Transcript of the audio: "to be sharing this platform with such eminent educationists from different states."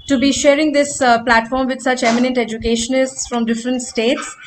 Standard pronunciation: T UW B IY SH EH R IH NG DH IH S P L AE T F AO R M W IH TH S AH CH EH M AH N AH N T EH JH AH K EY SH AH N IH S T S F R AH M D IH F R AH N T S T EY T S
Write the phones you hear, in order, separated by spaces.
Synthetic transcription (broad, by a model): T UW B IY SH EH R IH NG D IH S P L AE T F AO R M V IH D S AH CH EH M AH N AH N T EH JH AH K EY SH AH N IH S T S F R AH M D IH F R AH N T S T EY T S